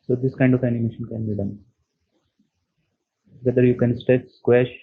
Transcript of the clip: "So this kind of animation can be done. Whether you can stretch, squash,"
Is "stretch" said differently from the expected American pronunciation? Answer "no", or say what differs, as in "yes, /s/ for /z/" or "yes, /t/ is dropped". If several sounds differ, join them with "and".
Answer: yes, /ɹ/ is dropped